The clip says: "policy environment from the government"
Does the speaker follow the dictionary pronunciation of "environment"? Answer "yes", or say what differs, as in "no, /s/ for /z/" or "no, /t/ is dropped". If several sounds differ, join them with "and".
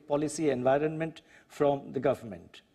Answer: yes